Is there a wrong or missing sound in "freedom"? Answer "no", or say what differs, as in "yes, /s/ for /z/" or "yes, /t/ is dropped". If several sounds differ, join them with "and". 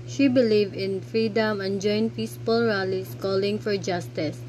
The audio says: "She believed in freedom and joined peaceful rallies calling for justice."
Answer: no